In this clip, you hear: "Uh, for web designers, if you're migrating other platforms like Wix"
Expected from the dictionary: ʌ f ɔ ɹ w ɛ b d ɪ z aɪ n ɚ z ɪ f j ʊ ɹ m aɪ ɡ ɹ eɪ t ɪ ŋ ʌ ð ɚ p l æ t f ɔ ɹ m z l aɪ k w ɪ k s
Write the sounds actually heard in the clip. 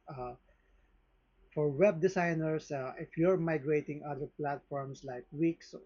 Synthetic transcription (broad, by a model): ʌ f ɔ ɹ w ɛ b d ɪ s aɪ n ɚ s ɪ f j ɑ ɹ m aɪ ɡ ɹ eɪ t ɪ ŋ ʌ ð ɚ p l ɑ t f ɔ ɹ m s l aɪ k w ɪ k s